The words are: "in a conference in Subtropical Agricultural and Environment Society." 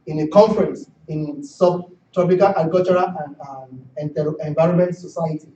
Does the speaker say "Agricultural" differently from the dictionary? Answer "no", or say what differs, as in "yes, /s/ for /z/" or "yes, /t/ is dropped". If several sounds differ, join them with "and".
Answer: yes, /ɹ/ is dropped and /n/ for /l/